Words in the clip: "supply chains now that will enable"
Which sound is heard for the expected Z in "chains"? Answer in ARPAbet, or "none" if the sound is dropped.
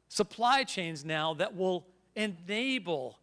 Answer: Z